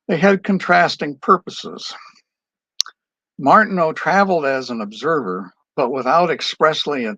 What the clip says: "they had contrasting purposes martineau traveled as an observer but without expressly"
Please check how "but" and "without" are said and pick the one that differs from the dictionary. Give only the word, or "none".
none